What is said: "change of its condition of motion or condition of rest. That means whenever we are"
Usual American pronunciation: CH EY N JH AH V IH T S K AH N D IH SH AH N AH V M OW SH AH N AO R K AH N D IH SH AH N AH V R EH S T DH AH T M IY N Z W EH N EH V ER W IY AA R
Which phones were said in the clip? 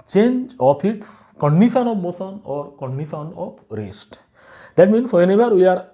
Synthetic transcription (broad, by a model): CH EY N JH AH F IH T S K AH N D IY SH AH N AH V M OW S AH N AO R K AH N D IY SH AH N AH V R EH S T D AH T M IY N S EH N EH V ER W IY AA R